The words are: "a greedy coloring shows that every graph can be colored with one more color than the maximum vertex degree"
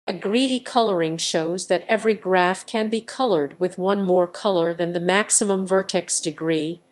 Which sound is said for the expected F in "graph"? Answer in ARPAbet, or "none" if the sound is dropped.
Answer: F